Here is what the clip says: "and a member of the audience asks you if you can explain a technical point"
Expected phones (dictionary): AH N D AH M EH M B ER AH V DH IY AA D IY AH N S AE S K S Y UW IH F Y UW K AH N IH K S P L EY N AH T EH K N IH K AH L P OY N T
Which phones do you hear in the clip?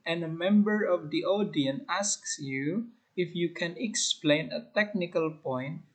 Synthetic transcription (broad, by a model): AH N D AH M EH M B ER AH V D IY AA D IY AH N AE S K S Y UW IH F Y UW K AH N IH K S P L EY N AH T EH K N IH K AH L P OY N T